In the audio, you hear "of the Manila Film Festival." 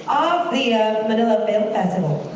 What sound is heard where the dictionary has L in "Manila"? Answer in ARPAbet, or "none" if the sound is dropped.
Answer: L